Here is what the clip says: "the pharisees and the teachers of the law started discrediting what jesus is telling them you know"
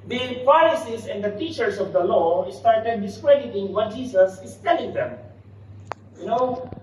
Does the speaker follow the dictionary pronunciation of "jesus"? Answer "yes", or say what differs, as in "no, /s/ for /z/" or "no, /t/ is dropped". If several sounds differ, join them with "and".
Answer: no, /s/ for /z/